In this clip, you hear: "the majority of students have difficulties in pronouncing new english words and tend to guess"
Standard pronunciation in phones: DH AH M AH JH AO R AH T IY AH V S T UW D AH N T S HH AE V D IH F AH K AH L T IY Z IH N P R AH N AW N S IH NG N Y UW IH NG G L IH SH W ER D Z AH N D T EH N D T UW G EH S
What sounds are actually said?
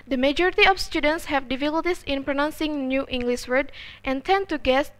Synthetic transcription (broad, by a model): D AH M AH JH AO R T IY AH F S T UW D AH N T S HH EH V D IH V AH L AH T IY S IH N P R AH N AW N S IH NG N Y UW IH NG G L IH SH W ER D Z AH N T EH N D T UW G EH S